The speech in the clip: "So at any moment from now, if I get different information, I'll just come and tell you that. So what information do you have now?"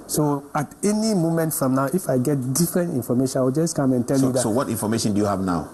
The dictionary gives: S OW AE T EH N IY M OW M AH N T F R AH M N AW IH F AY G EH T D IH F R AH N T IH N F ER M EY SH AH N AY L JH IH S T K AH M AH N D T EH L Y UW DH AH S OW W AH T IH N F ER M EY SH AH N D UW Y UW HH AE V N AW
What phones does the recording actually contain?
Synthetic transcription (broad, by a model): S OW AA T EH N IY M OW M AH N T F R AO M N AW IH F AY G EH T D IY F R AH N T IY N F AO M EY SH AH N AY W JH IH S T K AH M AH N T EH L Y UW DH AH S OW W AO T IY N F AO M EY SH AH N D UW Y UW HH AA V N AW